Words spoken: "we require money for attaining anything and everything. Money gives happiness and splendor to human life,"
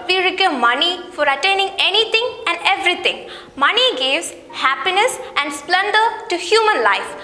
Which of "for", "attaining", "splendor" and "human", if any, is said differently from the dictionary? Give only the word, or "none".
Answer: none